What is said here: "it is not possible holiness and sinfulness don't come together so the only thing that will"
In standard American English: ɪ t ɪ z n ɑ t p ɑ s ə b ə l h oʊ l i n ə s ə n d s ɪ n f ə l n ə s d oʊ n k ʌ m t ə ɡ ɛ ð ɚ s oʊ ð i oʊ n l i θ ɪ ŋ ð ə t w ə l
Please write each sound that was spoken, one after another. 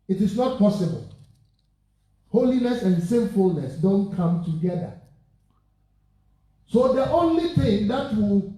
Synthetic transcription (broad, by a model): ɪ t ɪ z n ɑ t p ɑ s ə b ə l h oʊ l i n ə s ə n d s ɪ n f ə l n ə s d oʊ n k ʌ m t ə ɡ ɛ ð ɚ s oʊ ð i oʊ n l i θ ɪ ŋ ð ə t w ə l